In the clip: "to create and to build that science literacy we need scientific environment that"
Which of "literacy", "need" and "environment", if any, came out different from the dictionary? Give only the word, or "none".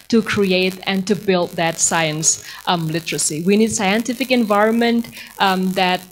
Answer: none